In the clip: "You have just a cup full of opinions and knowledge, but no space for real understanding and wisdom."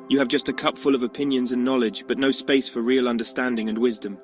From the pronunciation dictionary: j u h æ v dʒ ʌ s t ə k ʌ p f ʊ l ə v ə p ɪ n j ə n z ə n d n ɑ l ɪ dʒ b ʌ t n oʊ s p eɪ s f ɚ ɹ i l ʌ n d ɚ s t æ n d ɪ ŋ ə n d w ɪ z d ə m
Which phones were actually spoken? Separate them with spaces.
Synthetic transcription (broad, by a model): j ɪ v dʒ ʌ s t ə k ʌ p f ʊ l ə v ə p ɪ n j ə n z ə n n ɑ l ɪ dʒ b ʌ t n oʊ s p eɪ s f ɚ ɹ i l ʌ n d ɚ s t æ n d ɪ ŋ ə n w ɪ z d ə m